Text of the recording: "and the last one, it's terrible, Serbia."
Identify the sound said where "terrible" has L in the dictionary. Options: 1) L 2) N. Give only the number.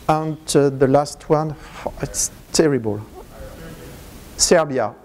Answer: 1